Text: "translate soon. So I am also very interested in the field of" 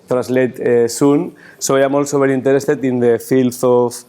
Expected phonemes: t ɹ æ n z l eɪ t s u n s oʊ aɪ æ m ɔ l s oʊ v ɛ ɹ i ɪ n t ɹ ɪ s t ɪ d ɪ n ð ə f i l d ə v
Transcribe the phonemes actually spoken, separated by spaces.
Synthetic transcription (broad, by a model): t ɹ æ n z l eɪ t s u n s oʊ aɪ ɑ m ɔ l s oʊ b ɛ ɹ i n t ɹ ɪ s t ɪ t ɪ n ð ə f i l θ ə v